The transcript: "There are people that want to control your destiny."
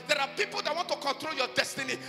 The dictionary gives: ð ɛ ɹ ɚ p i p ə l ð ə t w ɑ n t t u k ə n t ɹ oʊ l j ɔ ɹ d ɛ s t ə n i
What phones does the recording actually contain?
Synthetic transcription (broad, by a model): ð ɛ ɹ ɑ p i p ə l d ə t w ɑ n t t u k ə n t ɹ oʊ l j ɔ d ɛ s t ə n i